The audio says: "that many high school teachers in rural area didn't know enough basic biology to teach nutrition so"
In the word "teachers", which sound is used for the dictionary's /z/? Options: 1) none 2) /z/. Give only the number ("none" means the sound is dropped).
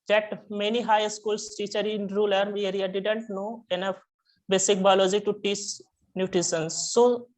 1